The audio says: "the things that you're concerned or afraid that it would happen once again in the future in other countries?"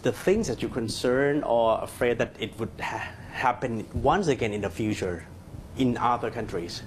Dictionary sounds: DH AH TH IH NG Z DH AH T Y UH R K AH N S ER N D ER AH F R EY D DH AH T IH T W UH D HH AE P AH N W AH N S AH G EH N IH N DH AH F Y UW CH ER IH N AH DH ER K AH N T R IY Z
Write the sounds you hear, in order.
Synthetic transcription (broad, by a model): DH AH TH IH NG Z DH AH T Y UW K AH N S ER N ER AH F R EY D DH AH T IH T W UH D HH AE P AH N W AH N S AH G EH N IH N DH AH F Y UW CH ER IH N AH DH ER K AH N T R IY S